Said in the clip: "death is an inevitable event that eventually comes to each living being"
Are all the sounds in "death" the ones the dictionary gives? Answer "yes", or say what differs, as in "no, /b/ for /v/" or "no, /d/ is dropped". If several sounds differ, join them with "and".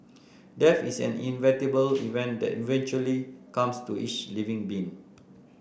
no, /f/ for /θ/